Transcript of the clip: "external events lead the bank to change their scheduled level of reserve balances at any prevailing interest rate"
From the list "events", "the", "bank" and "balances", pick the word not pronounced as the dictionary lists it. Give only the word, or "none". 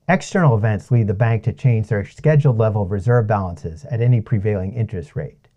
none